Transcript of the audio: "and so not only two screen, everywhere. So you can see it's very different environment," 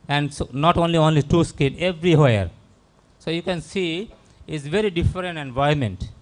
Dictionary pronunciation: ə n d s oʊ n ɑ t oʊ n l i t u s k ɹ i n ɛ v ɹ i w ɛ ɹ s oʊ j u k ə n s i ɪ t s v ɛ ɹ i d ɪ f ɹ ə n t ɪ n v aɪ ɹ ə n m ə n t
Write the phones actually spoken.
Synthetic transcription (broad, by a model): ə n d s oʊ n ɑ t oʊ n l i t u s k i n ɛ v ɹ i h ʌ ɹ s oʊ j u k ə n s i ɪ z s v ɛ ɹ i d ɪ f ɹ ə n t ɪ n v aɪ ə m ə n t